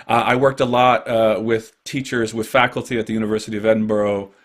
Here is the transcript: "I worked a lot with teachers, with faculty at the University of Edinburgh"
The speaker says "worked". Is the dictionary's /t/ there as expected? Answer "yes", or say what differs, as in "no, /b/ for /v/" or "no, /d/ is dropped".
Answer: yes